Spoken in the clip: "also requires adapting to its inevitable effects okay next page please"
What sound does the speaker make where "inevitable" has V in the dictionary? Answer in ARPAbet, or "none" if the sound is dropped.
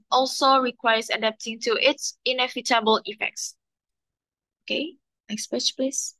F